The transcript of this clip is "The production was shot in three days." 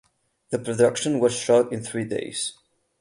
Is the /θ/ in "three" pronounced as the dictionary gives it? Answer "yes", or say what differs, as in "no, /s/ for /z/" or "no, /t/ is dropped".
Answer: yes